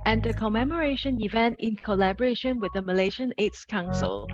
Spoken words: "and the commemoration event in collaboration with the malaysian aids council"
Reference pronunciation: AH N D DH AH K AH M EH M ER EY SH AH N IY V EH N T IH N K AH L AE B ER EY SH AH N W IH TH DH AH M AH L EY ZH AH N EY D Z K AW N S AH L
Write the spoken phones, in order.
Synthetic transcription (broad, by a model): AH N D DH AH K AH M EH M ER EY SH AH N IY V EH N T IH N K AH L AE B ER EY SH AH N W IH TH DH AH M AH L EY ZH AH N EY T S K AW N S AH L